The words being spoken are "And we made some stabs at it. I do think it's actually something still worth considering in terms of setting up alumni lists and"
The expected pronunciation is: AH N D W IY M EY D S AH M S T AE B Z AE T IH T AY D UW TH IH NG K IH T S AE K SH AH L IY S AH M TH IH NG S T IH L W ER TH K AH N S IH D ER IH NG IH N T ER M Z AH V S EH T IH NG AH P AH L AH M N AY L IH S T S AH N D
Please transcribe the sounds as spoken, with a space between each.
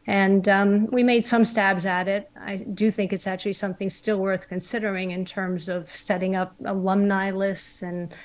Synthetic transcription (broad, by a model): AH N W IY M EY D S AH M S T AE B Z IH T IH T AY D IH TH IH NG K IH T S AE K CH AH L IY S AH M TH IH NG S T IH L W ER TH K AH N S IH D ER IH NG IH N T ER M Z AH V S EH T IH NG AH P AH L AH M N AY L IH S T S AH N